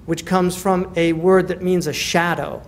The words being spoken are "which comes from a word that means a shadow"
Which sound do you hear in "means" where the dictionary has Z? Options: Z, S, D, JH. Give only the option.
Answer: Z